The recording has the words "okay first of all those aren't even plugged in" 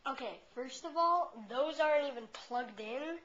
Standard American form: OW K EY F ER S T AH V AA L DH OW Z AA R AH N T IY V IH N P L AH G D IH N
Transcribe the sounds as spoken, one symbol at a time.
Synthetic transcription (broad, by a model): OW K EY F ER S T AH V AA L DH OW Z AA R AH N T IY V IH N P L AH G D IH N